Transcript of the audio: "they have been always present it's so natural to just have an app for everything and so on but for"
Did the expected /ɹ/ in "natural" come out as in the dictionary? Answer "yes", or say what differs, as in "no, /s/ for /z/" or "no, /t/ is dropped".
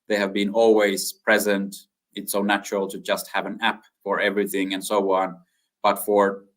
yes